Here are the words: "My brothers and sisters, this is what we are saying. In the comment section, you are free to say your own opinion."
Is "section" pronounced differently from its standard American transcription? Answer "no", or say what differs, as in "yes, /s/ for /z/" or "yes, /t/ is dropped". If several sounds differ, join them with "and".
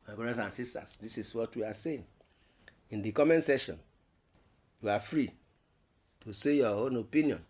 yes, /k/ is dropped